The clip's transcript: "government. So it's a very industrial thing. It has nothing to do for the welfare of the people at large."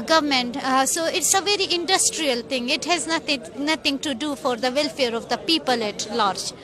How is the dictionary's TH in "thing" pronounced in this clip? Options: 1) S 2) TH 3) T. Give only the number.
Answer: 3